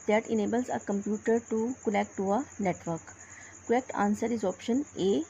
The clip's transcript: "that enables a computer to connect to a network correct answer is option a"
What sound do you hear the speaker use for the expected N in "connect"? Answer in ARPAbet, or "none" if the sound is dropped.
L